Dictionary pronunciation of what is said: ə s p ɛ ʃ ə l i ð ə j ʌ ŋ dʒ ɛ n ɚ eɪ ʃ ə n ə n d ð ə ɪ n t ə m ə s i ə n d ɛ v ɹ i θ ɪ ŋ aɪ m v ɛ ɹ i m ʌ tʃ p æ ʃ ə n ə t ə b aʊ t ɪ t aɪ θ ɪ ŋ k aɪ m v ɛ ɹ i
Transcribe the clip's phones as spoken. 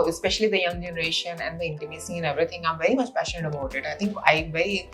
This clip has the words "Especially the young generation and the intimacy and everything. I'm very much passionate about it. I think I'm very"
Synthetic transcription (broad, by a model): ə s p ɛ ʃ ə l i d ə j ʌ ŋ dʒ ɛ n ɚ eɪ ʃ ə n ə n d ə ɪ n t ə m ə s i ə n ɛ v ɹ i t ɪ ŋ aɪ m v ɛ ɹ i m ʌ tʃ p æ ʃ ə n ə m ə ʊ t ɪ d aɪ t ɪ ŋ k aɪ v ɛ ɹ i